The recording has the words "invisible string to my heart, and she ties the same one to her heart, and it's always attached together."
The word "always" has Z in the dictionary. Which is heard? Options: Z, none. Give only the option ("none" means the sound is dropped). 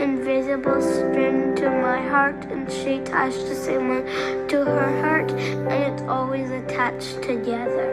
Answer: Z